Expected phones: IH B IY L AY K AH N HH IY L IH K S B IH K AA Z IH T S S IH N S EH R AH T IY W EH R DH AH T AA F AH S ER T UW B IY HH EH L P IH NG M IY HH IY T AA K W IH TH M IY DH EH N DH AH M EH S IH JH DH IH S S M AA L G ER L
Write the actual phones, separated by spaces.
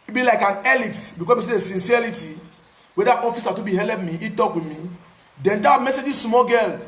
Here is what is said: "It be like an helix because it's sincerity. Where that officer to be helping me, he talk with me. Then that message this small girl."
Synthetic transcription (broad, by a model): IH B IY L AY K AH N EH L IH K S B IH K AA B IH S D S IH N S EH R AH T IY W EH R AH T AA F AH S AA T UW B IY HH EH L IH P M IY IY T AA K W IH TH M IY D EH N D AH M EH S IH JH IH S S M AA G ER L